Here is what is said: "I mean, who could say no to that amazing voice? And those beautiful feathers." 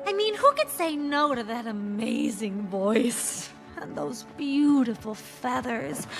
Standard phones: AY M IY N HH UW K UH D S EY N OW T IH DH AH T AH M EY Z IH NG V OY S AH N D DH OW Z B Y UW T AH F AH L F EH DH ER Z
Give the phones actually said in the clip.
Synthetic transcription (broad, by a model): AY M IY N HH UW K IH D S EY N OW T IH DH AH T AH M EY Z IH NG V OY S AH N DH OW Z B Y UW T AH F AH L F EH DH ER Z